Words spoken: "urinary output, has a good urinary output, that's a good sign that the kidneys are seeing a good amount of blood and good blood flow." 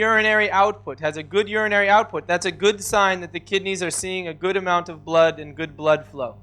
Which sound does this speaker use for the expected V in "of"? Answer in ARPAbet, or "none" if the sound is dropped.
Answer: V